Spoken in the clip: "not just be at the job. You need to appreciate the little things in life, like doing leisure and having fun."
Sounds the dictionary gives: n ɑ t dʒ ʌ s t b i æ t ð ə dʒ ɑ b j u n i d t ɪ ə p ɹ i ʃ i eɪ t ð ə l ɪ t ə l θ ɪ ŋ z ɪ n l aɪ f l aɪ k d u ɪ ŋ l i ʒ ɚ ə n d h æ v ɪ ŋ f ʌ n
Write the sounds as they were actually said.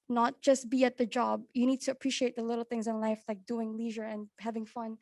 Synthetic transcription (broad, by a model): n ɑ t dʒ ʌ s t b i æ t ð ə dʒ ɑ b j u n i d t ɪ ə p ɹ i ʃ i eɪ t ð ə l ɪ t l θ ɪ ŋ z ɪ n l aɪ f l aɪ k d u ɪ ŋ l i ʒ ɚ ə n h æ v ɪ ŋ f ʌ n